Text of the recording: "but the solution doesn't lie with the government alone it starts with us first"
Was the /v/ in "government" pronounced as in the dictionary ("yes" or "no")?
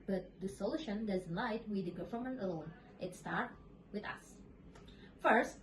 no